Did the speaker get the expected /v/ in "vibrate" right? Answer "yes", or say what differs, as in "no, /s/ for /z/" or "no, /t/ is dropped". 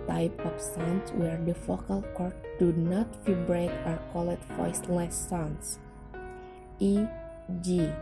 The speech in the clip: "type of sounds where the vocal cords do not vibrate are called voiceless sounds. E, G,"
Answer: no, /f/ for /v/